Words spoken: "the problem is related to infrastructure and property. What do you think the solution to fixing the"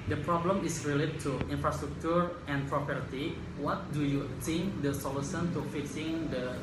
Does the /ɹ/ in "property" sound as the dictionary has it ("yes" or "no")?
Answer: yes